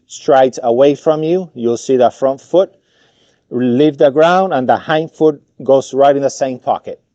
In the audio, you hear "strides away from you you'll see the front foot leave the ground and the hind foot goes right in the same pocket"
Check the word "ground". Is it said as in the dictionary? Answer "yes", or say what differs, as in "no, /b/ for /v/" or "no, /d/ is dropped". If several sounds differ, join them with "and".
yes